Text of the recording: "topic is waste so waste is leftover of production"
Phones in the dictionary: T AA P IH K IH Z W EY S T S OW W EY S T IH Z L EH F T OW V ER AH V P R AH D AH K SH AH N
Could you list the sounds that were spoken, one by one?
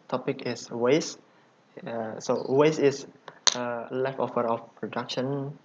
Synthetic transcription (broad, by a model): T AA P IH K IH S W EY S S OW W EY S IH S L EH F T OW F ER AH F P R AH D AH K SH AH N